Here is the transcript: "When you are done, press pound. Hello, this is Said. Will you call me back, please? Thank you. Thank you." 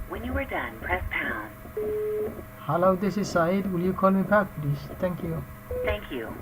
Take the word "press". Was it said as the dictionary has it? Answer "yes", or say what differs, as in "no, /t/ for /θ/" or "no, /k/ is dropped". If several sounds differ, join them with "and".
yes